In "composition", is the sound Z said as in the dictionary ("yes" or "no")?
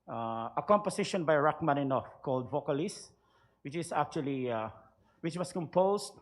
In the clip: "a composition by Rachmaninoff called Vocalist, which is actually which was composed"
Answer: no